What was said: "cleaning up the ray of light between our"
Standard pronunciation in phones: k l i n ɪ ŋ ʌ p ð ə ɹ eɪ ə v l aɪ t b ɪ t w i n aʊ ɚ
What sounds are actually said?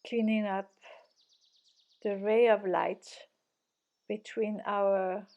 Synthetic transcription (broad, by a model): k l i n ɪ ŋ ʌ p ð ə ɹ eɪ ə v l aɪ t b ɪ t w i n aʊ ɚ